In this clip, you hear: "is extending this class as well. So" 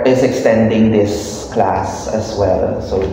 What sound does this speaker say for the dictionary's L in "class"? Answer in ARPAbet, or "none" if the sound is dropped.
L